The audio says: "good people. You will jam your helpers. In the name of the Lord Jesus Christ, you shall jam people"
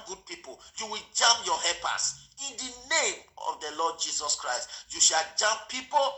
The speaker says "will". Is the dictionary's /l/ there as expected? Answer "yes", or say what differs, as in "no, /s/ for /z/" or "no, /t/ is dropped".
yes